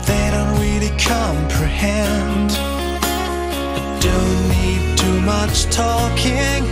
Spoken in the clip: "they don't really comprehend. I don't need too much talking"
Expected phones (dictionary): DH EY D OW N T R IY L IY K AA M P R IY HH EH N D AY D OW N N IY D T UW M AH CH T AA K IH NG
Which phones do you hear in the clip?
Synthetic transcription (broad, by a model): DH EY D OW N T R IY L IY K AA M P R IY HH EH N D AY D OW N N IY D T UW M AH CH T AA K IH NG